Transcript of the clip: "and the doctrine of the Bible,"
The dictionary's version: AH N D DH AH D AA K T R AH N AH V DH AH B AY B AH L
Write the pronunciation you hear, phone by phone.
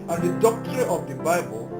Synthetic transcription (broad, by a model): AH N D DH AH D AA K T AH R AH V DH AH B AY B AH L